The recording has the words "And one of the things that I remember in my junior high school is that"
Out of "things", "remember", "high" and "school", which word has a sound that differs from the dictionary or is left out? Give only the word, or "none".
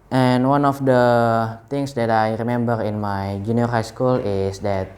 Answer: things